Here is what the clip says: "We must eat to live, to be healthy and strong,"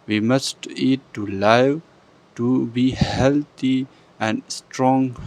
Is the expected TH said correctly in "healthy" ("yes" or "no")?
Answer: no